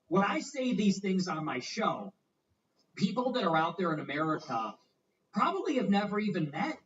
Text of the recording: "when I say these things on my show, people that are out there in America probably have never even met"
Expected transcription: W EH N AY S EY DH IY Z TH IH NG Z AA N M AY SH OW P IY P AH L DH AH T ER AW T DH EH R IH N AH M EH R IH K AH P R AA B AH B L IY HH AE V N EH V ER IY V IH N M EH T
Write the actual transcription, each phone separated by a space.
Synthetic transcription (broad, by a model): W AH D AY S EY DH IY Z TH IH NG Z N M AY SH OW P IY P L DH AH T ER AW T DH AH R IH N AH M EH R IH K AH P R AA B AH B L IY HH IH V N EH V ER IY V IH N M EH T